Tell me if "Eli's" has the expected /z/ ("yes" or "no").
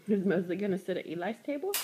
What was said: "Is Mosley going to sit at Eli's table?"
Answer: no